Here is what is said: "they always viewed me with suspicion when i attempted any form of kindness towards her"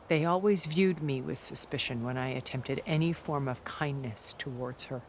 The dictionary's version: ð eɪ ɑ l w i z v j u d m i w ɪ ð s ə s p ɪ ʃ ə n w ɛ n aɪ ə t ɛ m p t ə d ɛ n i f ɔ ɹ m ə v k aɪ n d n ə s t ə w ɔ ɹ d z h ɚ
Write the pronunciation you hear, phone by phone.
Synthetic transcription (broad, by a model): ð eɪ ɑ l w i z v j u d m i w ɪ ð s ə s p ɪ ʃ ə n w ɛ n aɪ ə t ɛ m p t ə d ɛ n i f ɔ ɹ m ə v k aɪ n n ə s t ə w ɔ ɹ d z h ɚ